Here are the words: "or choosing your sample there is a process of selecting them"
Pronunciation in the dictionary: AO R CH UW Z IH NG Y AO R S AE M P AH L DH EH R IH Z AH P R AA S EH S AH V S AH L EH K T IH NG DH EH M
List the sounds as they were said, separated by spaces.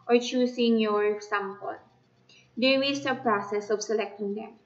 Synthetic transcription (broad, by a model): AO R CH UW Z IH NG Y AO R S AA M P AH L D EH W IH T AH P R AA S EH S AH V S AH L EH K T IH NG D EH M